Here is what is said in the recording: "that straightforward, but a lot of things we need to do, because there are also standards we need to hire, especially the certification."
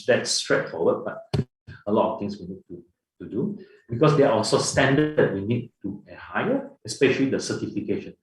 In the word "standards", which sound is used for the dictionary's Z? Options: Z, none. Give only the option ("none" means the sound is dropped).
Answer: none